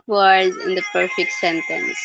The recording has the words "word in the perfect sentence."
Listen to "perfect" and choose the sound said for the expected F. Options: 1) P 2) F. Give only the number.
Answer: 2